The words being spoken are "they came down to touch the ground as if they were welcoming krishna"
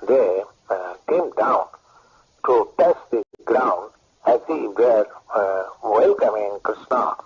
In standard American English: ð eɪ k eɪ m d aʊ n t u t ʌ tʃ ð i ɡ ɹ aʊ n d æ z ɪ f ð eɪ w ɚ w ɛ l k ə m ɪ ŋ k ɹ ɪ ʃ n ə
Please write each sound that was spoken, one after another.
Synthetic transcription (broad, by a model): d eɪ k eɪ m d aʊ n t u t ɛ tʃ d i ɡ ɹ aʊ n d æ s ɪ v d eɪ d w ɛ l k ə m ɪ ŋ k ɹ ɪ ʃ n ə